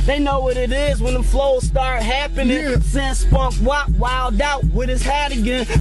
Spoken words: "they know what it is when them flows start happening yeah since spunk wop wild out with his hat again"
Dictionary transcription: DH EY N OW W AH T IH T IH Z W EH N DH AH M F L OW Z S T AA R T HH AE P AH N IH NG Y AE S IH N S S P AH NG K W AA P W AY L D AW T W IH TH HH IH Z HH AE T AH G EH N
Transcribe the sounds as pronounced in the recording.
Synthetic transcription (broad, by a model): DH EY N OW W AH T IH T IH Z W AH N DH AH F L OW Z S T AA R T HH AE P AH N IH NG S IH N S S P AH K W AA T W AY L D AW T W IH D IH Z HH AE T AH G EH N